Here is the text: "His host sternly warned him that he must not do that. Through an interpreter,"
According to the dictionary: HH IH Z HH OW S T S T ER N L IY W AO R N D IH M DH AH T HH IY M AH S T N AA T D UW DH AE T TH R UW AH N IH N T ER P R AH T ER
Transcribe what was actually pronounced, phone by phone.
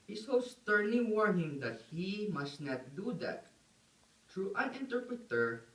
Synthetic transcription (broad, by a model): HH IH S OW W S T ER N L IY W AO R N IH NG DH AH T HH IY M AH S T N AA T D UW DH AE T T R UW AH N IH N T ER P R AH T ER